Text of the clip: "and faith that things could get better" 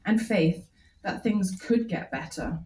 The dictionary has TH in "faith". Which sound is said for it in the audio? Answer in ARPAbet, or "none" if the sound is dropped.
TH